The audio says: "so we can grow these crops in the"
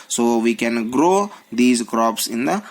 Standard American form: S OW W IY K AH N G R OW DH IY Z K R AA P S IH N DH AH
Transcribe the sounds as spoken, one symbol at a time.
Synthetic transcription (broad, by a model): S OW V IY K AH N G R OW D IY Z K R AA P S IH N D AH